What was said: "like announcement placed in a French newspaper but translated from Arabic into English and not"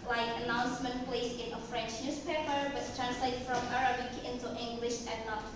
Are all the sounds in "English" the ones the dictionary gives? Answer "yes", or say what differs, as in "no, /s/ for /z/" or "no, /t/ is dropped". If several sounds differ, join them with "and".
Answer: yes